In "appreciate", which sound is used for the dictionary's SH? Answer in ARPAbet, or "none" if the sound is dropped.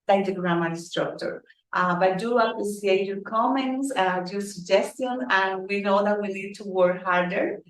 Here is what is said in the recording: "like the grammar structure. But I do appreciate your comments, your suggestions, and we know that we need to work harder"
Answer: S